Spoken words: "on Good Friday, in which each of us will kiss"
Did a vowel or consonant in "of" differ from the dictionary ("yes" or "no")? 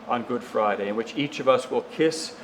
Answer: no